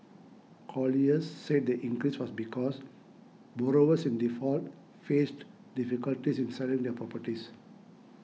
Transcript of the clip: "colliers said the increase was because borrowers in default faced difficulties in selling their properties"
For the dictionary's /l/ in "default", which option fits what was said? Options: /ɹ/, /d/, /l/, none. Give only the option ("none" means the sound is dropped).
/l/